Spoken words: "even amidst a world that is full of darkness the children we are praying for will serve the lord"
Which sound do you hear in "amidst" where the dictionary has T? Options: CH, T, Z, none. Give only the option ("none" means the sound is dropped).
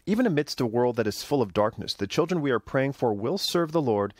T